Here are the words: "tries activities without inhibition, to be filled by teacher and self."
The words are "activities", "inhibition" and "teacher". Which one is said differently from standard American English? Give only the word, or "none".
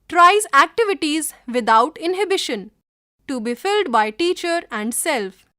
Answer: none